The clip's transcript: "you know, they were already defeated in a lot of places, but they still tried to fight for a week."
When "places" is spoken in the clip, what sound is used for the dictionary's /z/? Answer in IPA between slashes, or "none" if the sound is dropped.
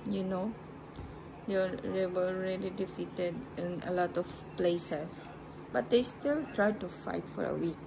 /s/